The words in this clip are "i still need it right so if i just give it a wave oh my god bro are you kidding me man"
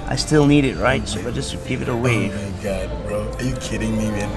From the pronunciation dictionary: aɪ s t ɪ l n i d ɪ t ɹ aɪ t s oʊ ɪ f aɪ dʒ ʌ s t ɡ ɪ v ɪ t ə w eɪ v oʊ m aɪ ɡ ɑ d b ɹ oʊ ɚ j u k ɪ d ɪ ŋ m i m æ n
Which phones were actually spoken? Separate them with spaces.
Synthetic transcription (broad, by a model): aɪ s t ɪ l n i d ɪ t ɹ aɪ t s oʊ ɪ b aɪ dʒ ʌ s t ɡ ɪ v ɪ t ə w eɪ ɪ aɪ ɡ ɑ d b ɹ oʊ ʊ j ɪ k ɪ d ɪ ŋ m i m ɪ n